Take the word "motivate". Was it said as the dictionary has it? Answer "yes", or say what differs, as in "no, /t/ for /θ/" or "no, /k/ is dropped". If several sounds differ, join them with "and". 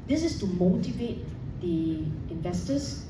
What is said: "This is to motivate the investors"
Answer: yes